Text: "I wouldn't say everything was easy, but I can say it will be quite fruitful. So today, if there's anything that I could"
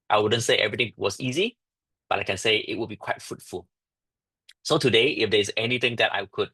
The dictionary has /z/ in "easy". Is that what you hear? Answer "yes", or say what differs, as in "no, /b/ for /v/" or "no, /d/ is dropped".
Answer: yes